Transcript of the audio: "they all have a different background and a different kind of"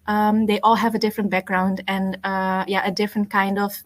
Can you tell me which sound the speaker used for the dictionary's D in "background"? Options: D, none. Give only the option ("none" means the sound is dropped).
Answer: D